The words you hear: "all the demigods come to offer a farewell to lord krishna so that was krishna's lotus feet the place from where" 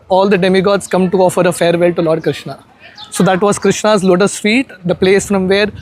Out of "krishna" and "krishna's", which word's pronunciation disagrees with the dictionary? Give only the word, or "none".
none